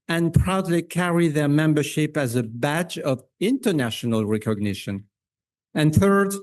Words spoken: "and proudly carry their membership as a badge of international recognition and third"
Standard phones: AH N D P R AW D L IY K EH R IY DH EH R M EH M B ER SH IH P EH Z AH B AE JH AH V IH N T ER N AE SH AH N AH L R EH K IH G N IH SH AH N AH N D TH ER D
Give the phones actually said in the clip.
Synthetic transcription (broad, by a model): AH N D P R AW D L IY K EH R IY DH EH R M EH M B ER SH IH P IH Z AH B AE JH AH V IH N T ER N AE SH AH N AH L R EH K IH G N IH SH AH N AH N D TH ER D